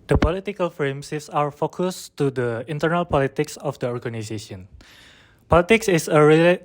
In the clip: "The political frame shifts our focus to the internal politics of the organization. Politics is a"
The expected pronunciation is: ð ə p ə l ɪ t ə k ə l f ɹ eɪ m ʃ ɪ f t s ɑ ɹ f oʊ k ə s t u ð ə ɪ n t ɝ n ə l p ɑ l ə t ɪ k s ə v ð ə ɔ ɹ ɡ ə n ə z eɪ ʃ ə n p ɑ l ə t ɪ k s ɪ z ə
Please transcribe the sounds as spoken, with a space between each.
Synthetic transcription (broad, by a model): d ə p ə l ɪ t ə k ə l f ɹ eɪ m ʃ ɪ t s ɑ ɹ f oʊ k ə s t u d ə ɪ n t ɝ n ə l p ɑ l ə t ɪ k s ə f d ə ɔ ɹ ɡ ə n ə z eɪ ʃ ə n p ɑ l ə t ɪ k s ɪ s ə